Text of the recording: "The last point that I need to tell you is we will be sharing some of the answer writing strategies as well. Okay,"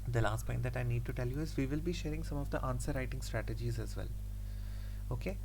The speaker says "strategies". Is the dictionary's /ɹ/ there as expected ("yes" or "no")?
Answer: yes